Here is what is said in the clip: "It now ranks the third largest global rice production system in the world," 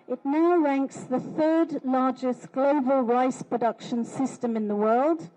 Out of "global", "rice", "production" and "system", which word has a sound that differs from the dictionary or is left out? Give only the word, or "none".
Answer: none